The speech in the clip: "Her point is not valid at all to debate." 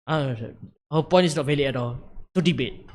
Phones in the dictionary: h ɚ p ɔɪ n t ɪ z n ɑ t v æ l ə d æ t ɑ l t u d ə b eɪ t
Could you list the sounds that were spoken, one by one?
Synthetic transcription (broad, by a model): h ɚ p ɔɪ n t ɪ s n ɑ t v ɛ l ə ɛ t ɑ l t u d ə b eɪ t